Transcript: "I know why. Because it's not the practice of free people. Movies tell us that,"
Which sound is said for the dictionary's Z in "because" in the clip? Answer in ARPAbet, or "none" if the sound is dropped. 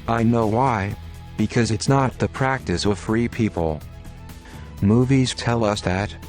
Z